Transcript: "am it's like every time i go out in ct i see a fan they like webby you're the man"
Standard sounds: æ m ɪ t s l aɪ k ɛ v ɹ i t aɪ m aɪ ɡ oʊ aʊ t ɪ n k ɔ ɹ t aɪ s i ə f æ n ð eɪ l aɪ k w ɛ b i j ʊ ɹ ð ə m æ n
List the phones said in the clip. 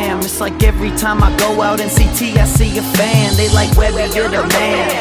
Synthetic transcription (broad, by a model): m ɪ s l aɪ k ɛ v ɹ i t aɪ m aɪ ɡ oʊ aʊ t ɪ n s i t aɪ s i ə f æ n ð eɪ l aɪ k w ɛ i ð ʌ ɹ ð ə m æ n